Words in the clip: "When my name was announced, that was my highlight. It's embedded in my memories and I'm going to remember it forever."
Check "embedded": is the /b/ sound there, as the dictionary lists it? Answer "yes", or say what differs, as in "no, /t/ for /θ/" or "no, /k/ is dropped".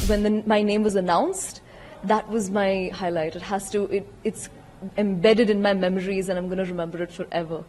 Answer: yes